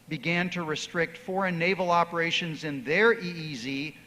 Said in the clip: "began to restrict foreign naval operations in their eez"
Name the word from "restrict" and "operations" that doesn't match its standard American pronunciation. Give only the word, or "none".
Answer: none